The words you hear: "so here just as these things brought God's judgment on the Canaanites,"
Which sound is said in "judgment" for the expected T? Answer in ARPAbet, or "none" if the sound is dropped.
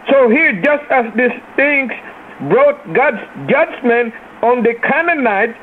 none